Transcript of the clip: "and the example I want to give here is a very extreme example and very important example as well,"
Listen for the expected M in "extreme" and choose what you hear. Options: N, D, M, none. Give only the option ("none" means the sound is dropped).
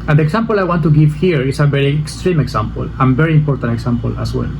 M